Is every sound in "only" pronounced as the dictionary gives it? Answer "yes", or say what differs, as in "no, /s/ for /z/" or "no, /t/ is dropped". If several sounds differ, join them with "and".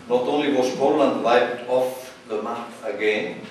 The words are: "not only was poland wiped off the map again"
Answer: no, /n/ is dropped